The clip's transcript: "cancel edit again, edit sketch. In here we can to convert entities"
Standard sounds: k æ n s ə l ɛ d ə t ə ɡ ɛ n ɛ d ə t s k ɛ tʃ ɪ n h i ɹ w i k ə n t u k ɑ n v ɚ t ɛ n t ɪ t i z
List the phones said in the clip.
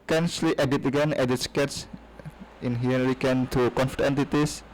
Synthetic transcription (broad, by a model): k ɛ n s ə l ɛ d ə t ə ɡ ɛ n ɛ d ə t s k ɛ s ɪ n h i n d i k ə n t u k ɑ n f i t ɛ n t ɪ t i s